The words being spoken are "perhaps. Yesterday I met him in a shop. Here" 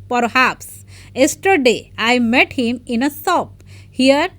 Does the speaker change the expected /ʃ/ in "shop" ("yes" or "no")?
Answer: yes